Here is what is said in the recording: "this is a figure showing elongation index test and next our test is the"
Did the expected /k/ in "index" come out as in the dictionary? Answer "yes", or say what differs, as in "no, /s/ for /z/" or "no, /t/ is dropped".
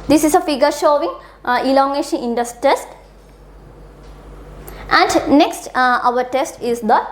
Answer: no, /k/ is dropped